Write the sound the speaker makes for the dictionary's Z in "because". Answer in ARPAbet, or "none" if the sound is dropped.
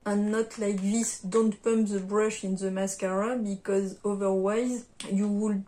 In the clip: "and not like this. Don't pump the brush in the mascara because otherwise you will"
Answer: Z